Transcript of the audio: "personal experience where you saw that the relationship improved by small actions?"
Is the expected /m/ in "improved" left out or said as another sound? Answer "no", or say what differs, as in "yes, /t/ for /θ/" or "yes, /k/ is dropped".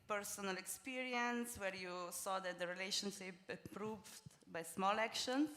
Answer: yes, /m/ is dropped